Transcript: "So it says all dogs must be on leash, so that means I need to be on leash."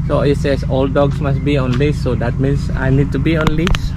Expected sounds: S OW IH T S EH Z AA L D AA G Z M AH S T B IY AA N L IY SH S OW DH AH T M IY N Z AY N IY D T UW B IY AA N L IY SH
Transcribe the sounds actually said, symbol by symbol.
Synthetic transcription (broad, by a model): S OW IH T S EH S AA L D AA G S M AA S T B IY AA N L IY S OW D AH T M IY N S AY N IY D T UW B IY AA N L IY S